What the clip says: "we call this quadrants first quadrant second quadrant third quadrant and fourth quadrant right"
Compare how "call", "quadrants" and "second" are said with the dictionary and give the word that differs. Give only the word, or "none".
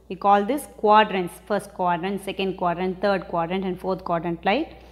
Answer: none